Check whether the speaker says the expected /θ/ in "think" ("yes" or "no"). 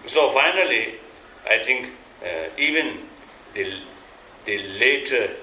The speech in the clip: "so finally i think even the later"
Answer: no